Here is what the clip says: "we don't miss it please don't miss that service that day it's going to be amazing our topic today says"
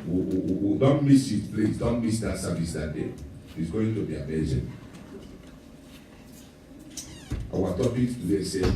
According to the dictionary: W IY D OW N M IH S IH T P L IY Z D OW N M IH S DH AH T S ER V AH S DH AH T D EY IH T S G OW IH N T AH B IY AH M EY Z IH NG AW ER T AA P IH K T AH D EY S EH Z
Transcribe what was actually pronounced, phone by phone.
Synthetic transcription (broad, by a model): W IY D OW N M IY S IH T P L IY S D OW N M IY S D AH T S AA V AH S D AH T D EY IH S G OW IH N T AH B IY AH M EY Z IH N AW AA T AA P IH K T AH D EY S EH